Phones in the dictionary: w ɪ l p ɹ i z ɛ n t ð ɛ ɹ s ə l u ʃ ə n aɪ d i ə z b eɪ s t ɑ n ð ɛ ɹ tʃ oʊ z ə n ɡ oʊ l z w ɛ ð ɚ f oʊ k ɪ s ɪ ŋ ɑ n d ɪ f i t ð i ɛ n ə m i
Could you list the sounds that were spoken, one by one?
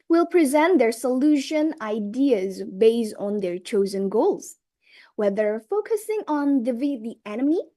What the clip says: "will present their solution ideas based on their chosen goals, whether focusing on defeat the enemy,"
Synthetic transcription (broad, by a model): w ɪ l p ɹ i z ɛ n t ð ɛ ɹ s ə l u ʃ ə n aɪ d i ə z b eɪ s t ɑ n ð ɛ ɹ tʃ oʊ z ə n ɡ oʊ l z w ɛ ð ɚ f oʊ k ɪ s ɪ ŋ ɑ n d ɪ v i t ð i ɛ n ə m i